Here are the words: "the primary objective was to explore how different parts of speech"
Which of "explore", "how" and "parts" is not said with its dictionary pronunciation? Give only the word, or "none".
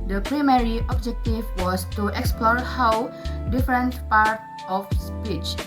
parts